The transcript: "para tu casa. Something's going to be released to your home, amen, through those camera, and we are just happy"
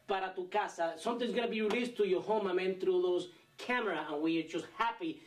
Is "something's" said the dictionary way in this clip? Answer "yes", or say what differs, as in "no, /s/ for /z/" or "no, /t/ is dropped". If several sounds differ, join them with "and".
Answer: no, /t/ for /θ/